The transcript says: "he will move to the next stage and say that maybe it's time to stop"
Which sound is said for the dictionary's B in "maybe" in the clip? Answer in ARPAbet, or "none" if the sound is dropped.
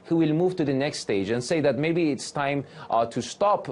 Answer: B